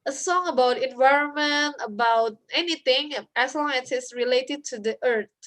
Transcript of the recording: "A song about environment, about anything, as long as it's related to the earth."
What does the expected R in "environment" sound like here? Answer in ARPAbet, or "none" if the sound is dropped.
R